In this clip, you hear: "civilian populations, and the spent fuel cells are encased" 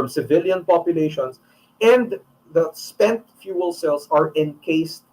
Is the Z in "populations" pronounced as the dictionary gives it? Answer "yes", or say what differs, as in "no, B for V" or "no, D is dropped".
no, S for Z